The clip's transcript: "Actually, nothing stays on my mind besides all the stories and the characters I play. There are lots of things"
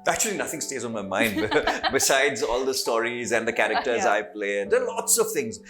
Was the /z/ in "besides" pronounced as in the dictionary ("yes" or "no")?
yes